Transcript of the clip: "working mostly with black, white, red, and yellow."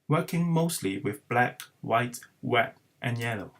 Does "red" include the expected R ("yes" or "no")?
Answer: no